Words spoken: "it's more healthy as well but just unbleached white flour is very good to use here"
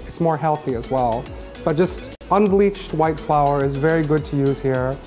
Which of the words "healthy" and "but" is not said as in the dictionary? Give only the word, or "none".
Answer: none